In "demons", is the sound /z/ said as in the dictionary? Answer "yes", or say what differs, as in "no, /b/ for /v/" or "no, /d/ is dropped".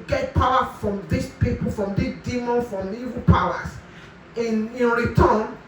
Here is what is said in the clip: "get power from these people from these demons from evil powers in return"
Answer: no, /z/ is dropped